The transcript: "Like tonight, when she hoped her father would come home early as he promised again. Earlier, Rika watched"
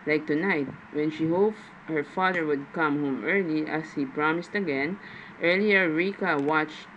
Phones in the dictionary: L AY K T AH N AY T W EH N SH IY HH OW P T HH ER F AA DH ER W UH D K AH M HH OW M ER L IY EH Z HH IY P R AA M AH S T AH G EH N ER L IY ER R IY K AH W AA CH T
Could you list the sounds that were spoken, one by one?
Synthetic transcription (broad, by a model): L AY K T AH N AY T W EH N SH IY HH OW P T HH ER F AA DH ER W UH D K AH M HH OW M ER L IY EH S HH IY P R AA M AH S T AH G EH N ER L IY ER R IY K AH W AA CH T